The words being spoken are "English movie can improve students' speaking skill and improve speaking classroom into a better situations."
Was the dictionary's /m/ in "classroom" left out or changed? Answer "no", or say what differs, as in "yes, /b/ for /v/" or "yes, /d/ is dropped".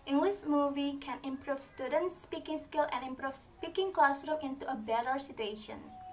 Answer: yes, /m/ is dropped